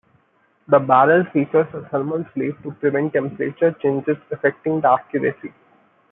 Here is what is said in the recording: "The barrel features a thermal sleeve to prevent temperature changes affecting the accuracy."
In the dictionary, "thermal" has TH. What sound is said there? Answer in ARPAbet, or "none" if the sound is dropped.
S